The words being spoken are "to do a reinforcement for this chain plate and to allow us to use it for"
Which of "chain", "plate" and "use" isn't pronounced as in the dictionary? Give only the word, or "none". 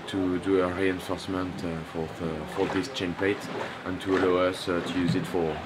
plate